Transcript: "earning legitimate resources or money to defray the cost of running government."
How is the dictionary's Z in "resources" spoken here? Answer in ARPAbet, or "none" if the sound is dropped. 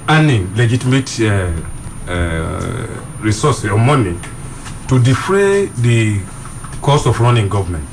none